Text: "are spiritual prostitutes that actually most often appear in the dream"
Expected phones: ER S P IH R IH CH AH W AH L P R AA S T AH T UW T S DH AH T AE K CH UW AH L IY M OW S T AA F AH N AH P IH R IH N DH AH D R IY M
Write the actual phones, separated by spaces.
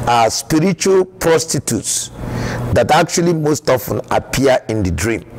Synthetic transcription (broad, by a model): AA S P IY R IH CH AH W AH L P R AA S T AH T UW T S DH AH T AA K CH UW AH L IY M OW S T AA F AH N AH P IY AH IH N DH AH D R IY M